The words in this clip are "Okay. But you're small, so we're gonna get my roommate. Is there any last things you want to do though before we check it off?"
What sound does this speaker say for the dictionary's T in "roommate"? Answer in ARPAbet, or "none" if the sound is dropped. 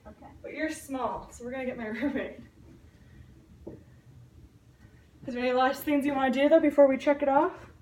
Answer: none